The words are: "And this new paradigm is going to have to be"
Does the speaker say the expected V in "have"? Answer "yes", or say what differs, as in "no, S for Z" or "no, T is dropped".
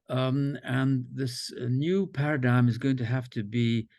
no, F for V